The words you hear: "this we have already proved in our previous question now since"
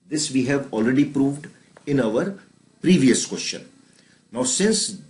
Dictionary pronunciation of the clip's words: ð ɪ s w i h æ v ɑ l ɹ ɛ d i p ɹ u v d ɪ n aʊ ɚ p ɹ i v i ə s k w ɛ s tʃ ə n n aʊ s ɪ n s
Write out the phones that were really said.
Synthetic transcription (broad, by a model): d ɪ s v i h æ v ɑ l ɹ ɛ d i p ɹ u v d ɪ n aʊ ɚ p ɹ i v i ə s k w ɛ s tʃ ə n n aʊ s ɪ n s